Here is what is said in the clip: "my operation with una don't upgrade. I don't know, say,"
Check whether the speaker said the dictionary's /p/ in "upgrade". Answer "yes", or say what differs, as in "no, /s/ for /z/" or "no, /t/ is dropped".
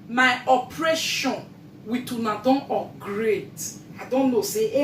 no, /p/ is dropped